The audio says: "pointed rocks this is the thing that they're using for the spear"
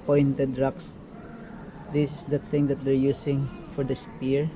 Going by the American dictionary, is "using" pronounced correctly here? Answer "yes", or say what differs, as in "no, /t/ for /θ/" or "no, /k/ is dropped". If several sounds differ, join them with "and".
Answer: no, /s/ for /z/